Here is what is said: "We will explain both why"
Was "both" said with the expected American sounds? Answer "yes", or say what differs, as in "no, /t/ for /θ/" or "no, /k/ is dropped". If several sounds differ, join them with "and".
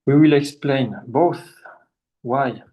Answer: yes